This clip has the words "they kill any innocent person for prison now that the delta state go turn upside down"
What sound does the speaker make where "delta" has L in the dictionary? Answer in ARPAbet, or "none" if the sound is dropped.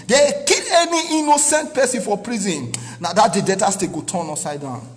none